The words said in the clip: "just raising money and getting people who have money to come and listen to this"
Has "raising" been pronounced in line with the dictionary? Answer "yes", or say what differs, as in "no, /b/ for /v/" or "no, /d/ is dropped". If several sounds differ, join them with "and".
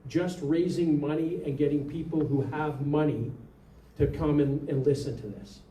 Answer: yes